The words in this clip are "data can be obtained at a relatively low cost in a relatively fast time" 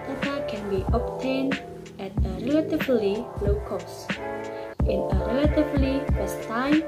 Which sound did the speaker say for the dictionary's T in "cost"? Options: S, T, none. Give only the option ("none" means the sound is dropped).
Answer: T